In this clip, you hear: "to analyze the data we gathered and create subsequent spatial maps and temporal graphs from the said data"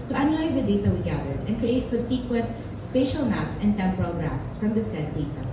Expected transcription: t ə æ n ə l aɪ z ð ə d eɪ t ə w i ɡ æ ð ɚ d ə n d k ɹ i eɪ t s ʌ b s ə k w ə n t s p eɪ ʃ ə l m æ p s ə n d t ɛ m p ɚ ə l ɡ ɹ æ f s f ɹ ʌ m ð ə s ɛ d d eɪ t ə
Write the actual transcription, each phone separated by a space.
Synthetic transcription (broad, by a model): t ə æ n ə l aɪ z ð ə d eɪ t ə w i ɡ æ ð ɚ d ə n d k ɹ i eɪ t s ʌ b s ə k w ə n t s p eɪ ʃ ə l m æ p s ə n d t ɛ m p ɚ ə l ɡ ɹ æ p s f ɹ ʌ m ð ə s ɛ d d eɪ t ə